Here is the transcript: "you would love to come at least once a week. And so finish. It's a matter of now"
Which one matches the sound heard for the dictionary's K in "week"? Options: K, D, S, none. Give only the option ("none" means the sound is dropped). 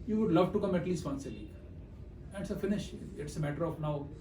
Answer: none